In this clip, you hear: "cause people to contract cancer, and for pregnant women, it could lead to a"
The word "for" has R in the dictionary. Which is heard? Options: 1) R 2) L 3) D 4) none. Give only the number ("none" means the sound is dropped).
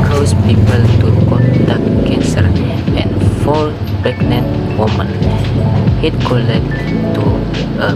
2